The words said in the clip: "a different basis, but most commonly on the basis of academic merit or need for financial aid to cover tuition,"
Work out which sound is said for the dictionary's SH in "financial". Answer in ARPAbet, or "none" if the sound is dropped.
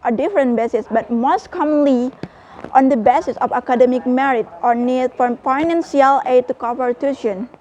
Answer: S